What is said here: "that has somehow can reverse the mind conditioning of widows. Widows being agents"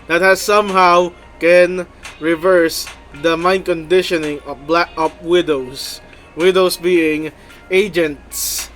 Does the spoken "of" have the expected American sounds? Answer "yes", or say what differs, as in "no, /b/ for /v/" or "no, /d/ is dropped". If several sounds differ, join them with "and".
no, /p/ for /v/